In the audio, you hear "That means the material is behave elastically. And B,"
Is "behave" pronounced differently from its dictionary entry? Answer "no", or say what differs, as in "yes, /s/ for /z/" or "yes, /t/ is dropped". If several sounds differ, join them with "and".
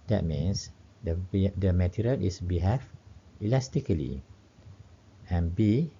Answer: yes, /f/ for /v/